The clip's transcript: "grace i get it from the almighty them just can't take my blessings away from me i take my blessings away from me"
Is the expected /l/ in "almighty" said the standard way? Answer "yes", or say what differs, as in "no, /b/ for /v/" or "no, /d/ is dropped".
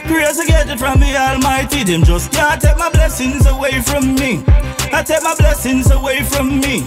yes